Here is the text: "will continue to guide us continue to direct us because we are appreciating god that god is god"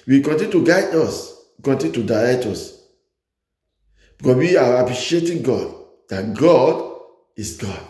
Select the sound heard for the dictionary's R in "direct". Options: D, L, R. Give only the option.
L